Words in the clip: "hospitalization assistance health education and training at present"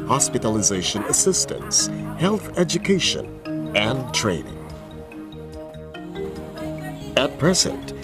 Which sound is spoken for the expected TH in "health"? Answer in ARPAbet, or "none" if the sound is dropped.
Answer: TH